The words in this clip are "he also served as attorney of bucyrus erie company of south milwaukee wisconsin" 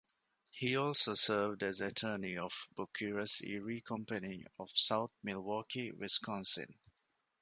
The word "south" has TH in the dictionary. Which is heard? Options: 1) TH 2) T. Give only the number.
2